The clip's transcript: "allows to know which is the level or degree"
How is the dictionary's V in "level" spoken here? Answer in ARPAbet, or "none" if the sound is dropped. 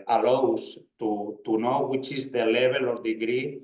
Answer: B